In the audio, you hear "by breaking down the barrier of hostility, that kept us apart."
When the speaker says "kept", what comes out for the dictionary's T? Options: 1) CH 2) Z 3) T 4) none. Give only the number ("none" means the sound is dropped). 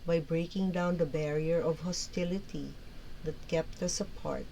3